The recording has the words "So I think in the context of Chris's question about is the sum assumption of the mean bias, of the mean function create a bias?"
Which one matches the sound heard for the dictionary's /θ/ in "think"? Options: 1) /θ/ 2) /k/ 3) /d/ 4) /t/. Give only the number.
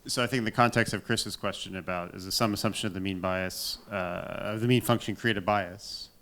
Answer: 1